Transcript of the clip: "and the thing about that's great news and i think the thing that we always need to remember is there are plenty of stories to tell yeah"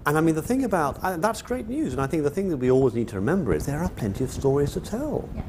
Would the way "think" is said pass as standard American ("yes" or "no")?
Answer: yes